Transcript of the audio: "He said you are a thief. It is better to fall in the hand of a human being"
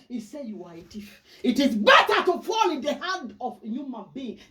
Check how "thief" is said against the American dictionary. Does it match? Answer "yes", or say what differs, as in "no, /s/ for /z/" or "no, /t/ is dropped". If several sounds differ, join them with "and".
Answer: no, /t/ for /θ/